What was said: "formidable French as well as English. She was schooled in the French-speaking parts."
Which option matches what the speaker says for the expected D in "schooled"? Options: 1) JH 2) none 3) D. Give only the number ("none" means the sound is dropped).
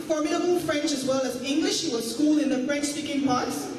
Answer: 2